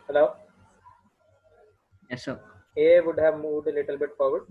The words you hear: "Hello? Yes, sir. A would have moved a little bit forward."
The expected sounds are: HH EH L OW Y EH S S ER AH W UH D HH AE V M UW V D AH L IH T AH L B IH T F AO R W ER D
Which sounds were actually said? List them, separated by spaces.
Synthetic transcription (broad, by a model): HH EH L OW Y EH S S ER AH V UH D HH AE V M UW D AH L IH T AH L B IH T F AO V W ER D